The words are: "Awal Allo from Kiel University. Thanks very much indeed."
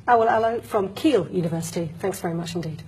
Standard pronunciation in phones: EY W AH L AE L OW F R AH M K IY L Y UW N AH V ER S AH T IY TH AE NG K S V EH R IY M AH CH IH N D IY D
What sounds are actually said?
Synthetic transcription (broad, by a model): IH W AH L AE L OW F R AH M K IY L Y UW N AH V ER S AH T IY TH AE NG K S V EH R IY M AH CH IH N D IY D